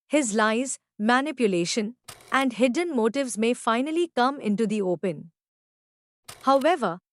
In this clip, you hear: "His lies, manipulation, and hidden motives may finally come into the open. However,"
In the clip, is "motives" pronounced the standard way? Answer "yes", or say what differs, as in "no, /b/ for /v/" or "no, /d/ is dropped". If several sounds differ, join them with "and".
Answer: yes